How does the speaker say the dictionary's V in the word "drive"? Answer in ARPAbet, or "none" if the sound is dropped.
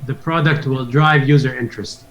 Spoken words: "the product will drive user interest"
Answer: V